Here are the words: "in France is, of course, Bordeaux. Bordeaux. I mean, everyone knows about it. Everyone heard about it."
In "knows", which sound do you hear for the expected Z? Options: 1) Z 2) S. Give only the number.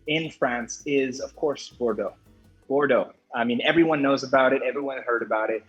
1